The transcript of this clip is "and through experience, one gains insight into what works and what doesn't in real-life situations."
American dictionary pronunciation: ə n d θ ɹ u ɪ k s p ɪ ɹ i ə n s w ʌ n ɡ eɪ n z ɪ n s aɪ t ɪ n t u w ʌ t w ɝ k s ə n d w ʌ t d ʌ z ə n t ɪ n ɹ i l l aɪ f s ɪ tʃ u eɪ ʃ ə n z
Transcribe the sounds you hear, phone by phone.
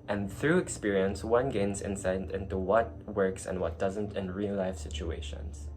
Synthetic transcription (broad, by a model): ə n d θ ɹ u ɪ k s p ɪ ɹ i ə n s w ʌ n ɡ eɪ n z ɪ n s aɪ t ɪ n t u w ʌ t w ɝ k s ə n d w ʌ t d ʌ z ə n t ɪ n ɹ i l l aɪ f s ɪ tʃ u eɪ ʃ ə n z